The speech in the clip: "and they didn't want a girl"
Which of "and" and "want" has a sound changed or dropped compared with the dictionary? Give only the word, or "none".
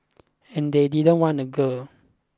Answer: want